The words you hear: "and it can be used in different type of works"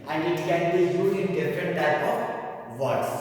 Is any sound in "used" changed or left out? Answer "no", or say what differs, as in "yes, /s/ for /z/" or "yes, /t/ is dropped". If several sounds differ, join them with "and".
yes, /d/ is dropped